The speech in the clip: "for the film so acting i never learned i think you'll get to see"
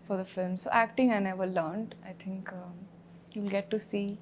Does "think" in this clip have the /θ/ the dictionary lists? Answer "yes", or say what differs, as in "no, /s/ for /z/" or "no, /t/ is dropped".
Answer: no, /t/ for /θ/